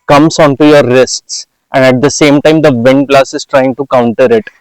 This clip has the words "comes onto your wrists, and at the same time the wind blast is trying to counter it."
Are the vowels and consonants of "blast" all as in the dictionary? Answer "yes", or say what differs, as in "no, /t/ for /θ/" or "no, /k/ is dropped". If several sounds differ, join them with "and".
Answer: no, /t/ is dropped